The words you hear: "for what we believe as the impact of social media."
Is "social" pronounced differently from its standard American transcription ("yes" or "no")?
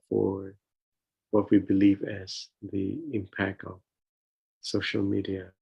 no